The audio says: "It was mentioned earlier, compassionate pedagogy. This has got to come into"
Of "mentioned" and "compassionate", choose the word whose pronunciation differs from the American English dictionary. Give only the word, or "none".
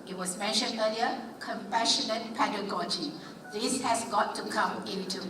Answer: none